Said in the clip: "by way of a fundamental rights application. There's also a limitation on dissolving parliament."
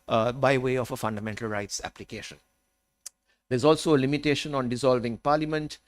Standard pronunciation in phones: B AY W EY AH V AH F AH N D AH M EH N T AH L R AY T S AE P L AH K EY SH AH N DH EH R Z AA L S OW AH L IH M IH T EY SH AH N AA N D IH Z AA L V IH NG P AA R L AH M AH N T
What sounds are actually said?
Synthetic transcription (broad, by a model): B AY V EY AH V AH F AH N D AH M EH N T AH L R AY T S AE P L AH K EY SH AH N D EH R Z AA L S OW AH L IH M IH T EY SH AH N AA N D IH Z AA L V IH NG P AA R L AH M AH N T